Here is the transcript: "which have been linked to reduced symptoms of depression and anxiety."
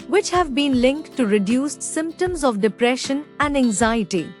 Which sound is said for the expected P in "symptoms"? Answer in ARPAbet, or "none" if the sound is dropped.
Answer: P